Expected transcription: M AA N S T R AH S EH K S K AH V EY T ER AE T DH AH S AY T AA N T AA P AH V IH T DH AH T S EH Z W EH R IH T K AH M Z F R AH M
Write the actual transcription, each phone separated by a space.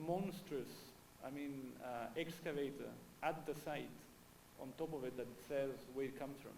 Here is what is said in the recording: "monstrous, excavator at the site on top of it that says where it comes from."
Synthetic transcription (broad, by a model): M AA N S T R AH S EH K S K AH V EY T ER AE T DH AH S AY T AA N T AA P AH V IH T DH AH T S EH Z W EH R IH T K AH M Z F R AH M